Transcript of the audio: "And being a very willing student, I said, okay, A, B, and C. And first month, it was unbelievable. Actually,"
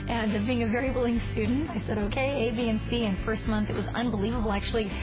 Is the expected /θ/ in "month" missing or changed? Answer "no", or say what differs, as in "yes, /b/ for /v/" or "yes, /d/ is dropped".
no